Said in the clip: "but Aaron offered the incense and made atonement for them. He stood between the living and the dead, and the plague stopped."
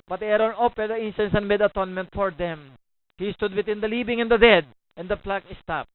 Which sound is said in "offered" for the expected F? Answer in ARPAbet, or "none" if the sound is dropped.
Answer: P